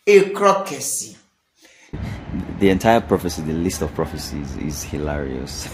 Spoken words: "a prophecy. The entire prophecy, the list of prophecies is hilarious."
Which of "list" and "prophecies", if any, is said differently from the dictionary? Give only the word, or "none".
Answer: none